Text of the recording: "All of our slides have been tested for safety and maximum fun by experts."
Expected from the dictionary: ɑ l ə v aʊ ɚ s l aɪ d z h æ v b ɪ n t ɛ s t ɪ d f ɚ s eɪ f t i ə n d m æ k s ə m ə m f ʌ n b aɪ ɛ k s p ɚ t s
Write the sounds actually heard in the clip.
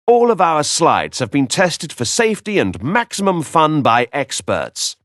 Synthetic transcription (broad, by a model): ɑ l ə v aʊ ɚ s l aɪ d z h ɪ v b ɪ n t ɛ s t ɪ d f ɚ s eɪ f t i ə n m æ k s ə m ə m f ʌ n b aɪ ɛ k s p ɚ t s